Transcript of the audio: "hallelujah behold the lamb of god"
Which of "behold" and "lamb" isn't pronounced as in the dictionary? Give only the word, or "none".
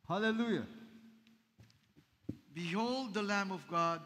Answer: none